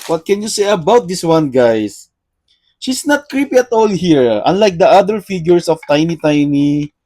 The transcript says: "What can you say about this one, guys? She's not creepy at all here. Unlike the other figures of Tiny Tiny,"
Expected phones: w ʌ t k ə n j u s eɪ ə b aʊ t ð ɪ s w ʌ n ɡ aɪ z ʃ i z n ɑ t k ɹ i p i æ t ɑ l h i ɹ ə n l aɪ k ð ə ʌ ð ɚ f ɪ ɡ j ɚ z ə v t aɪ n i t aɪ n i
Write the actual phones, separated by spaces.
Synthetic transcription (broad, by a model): w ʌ t k ə n j u s eɪ ə b aʊ t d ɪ s w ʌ n ɡ aɪ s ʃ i s n ɑ t k ɹ i p i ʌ t ɑ l h i ɹ ə n l aɪ k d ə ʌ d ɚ f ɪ ɡ j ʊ s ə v t aɪ n i t aɪ n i